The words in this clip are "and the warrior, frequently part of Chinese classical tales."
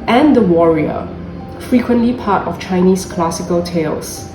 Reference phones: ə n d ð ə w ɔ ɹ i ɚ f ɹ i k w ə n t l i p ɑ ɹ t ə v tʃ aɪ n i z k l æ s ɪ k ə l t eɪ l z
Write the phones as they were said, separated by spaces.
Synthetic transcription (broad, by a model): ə n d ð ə w ɔ ɹ i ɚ f ɹ i k w ə n t l i p ɑ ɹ t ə f tʃ aɪ n i s k l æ s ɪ k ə l t eɪ l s